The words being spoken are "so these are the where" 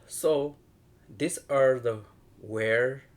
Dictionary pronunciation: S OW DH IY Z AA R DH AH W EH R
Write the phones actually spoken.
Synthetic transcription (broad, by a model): S OW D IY S AA R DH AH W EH R